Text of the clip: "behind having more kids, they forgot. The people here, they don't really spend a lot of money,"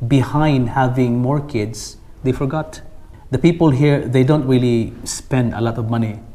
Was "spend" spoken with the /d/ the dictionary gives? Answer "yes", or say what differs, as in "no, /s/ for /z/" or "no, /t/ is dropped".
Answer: yes